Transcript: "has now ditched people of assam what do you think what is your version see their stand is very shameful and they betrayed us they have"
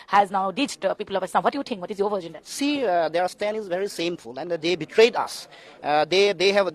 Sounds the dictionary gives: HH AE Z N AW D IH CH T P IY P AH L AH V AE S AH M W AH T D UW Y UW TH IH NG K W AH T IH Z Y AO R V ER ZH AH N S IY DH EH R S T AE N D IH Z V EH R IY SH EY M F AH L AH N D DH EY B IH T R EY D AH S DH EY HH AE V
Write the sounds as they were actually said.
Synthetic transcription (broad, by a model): HH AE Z N AW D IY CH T P IY P AH L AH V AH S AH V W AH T D UW Y UW T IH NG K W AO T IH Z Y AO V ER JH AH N S IY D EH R S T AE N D IH Z V EH R IY S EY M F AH L AH N D EY B IH T R EY D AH S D EY HH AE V